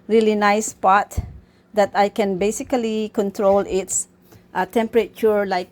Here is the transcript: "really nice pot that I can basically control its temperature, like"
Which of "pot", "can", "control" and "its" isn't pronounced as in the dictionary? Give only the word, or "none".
none